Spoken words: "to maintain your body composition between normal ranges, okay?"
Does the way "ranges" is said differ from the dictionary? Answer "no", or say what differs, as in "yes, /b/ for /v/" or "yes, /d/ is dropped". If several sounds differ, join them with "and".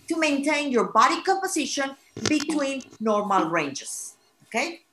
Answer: yes, /s/ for /z/